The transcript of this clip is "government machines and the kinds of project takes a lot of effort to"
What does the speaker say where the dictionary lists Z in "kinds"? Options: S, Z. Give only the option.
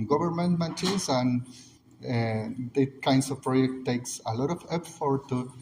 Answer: S